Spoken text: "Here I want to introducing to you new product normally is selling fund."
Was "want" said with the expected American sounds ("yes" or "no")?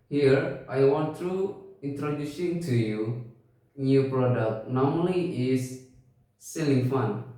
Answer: yes